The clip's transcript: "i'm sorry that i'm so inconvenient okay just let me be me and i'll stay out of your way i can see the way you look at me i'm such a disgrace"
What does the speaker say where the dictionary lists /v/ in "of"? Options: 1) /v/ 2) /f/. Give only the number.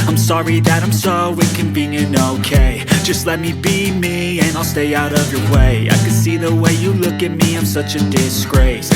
1